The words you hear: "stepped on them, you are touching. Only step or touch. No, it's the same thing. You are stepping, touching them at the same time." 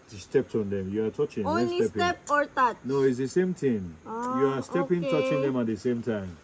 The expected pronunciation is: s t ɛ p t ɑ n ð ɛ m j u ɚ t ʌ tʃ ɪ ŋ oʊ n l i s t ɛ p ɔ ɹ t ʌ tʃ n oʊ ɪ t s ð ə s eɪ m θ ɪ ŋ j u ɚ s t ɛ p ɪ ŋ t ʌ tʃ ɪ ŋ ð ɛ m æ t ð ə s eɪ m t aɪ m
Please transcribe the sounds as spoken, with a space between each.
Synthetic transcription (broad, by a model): s t ɛ p t ɑ n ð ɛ m j u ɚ t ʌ tʃ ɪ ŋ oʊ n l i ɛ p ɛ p ɔ ɹ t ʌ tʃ n oʊ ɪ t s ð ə s eɪ m t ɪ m j u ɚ s t ɛ p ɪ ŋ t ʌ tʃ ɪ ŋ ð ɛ m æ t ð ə s eɪ m t aɪ m